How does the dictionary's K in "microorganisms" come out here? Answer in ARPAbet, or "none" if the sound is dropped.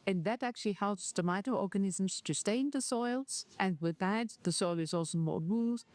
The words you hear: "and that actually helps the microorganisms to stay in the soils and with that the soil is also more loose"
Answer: none